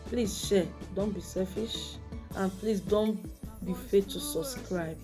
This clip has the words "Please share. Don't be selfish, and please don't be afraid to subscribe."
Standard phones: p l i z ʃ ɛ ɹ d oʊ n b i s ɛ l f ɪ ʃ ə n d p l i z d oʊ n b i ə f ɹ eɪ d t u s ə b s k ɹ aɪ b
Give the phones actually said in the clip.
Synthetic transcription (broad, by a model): p l i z ʃ ɛ d oʊ n b i s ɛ f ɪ ʃ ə n p l i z d oʊ n b i f eɪ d t u s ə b s k ɹ aɪ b